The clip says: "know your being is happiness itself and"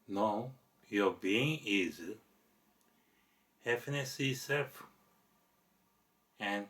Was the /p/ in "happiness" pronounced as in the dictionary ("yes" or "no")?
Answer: no